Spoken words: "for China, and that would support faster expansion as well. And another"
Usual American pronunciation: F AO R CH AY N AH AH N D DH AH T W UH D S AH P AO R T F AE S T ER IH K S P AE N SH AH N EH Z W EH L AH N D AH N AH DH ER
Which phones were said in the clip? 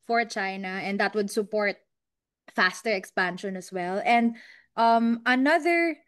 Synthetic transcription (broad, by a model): F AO R CH AY N AH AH N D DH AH T W UH D S AH P AO R T F AE S T ER IH K S P AE N SH AH N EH S W EH L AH N D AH N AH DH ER